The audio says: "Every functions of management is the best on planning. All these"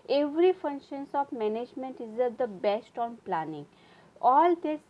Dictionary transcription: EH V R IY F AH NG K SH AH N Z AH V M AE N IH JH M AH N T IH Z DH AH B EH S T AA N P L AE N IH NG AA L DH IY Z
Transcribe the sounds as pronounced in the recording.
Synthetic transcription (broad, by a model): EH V R IY F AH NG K SH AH N S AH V M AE N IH JH M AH N T IH Z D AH B EH S T AA N P L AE N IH NG AA L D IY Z